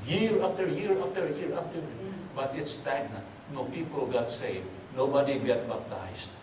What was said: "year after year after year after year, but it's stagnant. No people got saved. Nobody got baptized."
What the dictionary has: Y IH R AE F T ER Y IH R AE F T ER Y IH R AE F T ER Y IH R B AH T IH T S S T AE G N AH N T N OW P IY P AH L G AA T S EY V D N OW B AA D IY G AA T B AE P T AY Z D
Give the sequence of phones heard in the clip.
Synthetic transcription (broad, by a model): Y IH R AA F T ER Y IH R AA F T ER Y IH R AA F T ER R B AH T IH T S S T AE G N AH T N OW P IY P AH L G AA T S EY D N OW B AA D IY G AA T B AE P T AY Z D